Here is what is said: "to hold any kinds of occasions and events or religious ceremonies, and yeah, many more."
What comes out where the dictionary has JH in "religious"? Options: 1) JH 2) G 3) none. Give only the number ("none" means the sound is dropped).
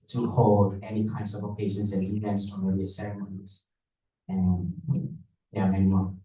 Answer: 3